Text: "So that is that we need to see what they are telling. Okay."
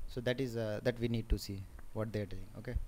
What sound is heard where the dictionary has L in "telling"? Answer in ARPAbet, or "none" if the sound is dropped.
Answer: none